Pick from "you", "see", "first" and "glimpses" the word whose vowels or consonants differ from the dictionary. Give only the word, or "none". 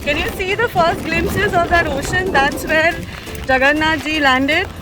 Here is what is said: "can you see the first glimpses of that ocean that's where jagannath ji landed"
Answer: glimpses